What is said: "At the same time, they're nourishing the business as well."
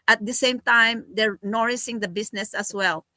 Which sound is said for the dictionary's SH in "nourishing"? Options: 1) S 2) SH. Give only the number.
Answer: 1